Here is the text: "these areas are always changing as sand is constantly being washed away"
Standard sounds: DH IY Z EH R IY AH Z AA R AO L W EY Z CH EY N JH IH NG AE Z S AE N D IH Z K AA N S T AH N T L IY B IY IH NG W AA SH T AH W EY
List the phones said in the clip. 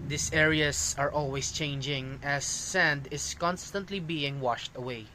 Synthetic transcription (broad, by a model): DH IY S EH R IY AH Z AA R AO L W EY S CH EY N JH IH NG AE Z S AE N D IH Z K AA N S T AH N T L IY B IY IH NG W AA SH T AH W EY